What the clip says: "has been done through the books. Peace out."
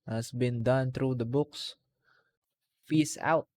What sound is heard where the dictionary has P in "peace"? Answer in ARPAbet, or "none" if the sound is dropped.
F